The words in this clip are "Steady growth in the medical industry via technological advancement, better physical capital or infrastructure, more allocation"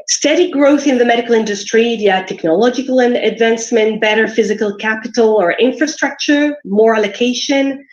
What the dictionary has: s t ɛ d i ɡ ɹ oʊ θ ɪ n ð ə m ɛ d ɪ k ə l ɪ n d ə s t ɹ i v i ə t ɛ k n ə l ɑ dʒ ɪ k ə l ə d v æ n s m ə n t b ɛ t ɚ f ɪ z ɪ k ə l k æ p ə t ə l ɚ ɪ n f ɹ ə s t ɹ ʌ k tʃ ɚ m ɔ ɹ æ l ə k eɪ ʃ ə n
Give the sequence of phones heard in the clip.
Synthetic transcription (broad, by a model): s t ɛ d i ɡ ɹ oʊ θ ɪ n ð ə m ɛ d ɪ k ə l ɪ n d ə s t ɹ i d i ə t ɛ k n ə l ɑ dʒ ɪ k ə l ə d v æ n s m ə n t b ɛ t ɚ f ɪ z ɪ k ə l k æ p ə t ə l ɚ ɪ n f ɹ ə s t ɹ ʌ k tʃ ɚ m ɔ ɹ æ l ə k eɪ ʃ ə n